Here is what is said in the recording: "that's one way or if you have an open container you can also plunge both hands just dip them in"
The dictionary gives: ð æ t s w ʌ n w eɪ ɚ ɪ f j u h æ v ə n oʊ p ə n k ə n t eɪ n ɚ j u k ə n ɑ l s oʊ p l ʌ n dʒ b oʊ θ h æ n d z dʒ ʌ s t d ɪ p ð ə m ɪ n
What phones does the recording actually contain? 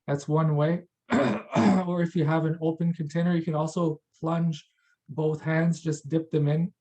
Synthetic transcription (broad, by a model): ð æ t s w ʌ n w eɪ ɚ ɪ f j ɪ v ə n oʊ p ə n k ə n t eɪ n ɚ j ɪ k ə n ɑ l s oʊ p l ʌ n dʒ b oʊ θ h æ n d z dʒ ʌ s d ɪ p ð ə m ɪ n